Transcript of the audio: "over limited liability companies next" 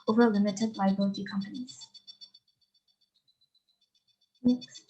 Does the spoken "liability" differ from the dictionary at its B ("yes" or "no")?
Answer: yes